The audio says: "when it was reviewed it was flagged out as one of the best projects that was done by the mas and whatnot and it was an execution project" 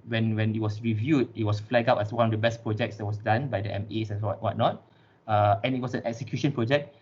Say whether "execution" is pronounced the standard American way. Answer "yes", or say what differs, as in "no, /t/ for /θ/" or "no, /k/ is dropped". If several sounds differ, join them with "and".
yes